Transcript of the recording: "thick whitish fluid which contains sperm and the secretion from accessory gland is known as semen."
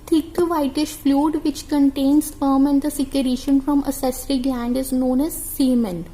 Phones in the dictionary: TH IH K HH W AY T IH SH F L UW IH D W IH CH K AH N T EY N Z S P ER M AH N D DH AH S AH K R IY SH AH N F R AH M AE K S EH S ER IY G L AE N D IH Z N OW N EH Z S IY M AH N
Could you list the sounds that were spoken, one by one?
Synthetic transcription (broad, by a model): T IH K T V AY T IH SH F L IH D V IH CH K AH N T EY N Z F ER M AH N D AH S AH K R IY SH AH N F R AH M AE S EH S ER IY G L AE N D IH Z N OW N EH Z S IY M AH N